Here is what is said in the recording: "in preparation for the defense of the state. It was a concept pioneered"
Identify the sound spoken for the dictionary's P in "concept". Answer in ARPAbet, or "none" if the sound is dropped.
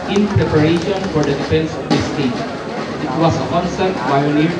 none